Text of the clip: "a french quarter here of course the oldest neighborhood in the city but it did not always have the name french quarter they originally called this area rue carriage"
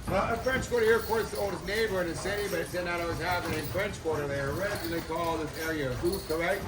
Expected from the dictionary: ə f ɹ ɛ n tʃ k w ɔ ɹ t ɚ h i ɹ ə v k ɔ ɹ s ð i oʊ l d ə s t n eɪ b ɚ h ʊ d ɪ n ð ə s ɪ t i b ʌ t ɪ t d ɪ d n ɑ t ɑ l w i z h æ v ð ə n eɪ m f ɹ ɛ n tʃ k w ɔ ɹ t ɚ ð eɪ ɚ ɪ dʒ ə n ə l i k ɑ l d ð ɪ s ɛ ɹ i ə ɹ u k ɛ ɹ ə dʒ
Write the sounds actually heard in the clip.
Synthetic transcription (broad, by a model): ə f ɹ ɛ n tʃ k w ɔ ɹ t ɚ h i ɹ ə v k ɔ ɹ s ð i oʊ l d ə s n eɪ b ɚ ɪ n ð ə s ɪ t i b ʌ t ɪ t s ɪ d n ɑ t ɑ w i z h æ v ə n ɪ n f ɹ ɛ n tʃ k w ɔ ɹ t ɚ ð eɪ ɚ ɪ ə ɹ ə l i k ɑ l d ð ɪ s ɛ ɹ i ə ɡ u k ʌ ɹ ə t